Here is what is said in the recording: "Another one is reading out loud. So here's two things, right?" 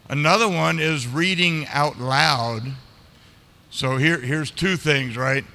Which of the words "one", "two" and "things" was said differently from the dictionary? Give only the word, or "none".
none